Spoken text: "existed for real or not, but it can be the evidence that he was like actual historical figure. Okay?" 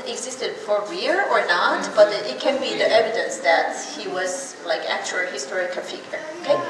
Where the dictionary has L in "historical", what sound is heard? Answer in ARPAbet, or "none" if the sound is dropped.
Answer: N